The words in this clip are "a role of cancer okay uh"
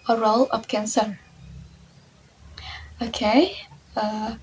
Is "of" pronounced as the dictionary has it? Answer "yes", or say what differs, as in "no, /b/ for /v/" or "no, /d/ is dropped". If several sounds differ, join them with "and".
no, /p/ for /v/